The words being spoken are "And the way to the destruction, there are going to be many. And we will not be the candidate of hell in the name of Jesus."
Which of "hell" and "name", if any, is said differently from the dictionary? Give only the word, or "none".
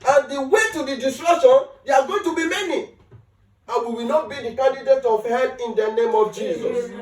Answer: hell